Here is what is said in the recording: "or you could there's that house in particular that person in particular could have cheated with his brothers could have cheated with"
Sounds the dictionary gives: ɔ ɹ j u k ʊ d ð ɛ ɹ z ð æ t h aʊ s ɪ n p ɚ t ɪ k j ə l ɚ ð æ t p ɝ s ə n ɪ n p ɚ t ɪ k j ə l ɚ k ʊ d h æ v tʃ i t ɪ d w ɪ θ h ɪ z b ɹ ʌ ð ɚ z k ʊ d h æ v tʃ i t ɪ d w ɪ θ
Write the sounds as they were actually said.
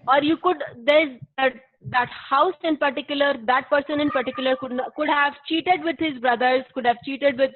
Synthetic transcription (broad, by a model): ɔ ɹ j u k ʊ d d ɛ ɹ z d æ t h aʊ s ɪ n p ɚ t ɪ k j ə l ɚ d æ t p ɝ s ə n ɪ n p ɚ t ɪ k j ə l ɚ k ʊ d h æ v tʃ i t ɪ d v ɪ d h ɪ z b ɹ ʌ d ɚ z k ʊ d h æ v tʃ i t ɪ d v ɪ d